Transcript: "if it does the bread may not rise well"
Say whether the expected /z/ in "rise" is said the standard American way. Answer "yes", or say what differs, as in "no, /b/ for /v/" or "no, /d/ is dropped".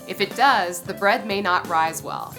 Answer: yes